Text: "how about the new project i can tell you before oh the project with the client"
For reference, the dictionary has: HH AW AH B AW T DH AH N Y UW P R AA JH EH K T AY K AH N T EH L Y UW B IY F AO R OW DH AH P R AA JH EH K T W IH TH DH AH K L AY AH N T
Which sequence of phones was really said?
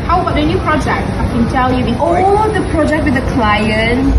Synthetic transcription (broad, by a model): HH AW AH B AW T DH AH N Y UW P R AA JH EH K T AY K AH N T EH L Y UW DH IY AO L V DH AH P R AA JH EH K T W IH DH AH K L AY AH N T